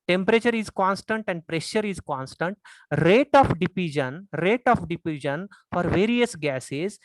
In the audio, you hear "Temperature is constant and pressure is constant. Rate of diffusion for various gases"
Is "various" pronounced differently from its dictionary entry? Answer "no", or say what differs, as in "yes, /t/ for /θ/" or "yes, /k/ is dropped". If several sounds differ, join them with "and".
no